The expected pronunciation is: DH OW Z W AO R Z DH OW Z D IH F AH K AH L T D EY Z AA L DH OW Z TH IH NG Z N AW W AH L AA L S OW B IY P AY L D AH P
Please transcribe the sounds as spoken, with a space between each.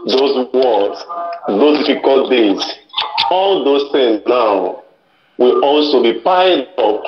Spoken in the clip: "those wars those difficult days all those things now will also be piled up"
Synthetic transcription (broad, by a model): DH OW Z W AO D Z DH OW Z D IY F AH K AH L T D EY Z AA L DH OW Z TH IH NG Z N AW W AH L AA L S OW B IY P AY D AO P